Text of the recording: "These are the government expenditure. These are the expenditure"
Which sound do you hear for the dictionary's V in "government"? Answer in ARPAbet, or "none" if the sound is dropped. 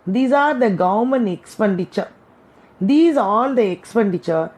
none